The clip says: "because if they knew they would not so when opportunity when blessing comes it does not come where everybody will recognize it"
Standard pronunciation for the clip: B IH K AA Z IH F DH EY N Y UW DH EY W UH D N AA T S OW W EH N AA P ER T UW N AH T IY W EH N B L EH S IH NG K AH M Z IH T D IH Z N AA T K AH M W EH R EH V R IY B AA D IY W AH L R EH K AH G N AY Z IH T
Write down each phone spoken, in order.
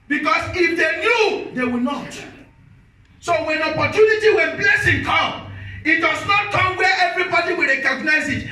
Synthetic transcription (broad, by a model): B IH K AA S IH F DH EY N Y UW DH EY W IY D N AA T S OW W EH N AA P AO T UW N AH T IY W EH N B L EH S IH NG K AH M IH T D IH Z N AA T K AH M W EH EH V R IY B AA D IY W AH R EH K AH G N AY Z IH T